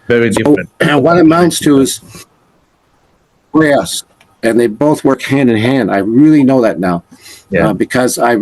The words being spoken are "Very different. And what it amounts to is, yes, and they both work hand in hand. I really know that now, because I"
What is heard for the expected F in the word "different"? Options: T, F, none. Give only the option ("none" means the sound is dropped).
none